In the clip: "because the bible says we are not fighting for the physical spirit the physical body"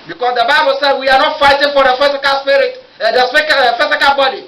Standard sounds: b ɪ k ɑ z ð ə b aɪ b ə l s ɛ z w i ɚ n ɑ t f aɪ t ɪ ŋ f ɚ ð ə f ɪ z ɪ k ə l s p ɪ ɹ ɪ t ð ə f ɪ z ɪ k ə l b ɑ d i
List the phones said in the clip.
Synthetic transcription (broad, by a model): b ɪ k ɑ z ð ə b aɪ b ə l s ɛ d w i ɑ n ɑ t f aɪ t ɪ ŋ f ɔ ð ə f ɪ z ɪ k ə l s p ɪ ɹ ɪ t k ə f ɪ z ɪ k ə l b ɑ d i